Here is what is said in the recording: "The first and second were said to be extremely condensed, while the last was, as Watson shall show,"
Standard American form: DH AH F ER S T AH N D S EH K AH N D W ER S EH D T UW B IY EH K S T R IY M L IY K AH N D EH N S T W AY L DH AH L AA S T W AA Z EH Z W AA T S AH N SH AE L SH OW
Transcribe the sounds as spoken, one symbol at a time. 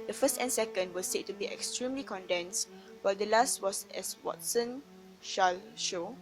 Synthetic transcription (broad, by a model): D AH F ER S T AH N S EH K AH N D W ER S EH T UW B IY EH K S T R IY M L IY K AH N D EH N S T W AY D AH L AA S T W AA S EH S W AA T S AH N SH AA L SH OW